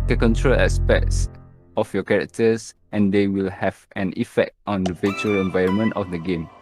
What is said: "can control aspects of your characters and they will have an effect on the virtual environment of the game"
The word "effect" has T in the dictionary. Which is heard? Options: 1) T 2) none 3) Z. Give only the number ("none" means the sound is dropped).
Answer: 1